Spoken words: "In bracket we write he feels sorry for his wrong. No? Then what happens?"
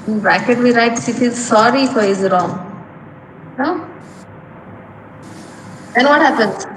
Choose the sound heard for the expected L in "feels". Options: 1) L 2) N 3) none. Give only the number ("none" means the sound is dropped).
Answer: 3